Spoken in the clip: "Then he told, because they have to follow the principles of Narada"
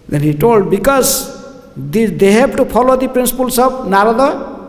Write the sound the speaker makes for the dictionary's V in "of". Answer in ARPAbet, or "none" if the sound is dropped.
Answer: B